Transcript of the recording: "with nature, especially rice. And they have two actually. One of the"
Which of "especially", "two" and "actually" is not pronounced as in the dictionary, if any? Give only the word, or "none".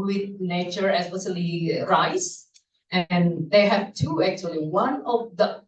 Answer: especially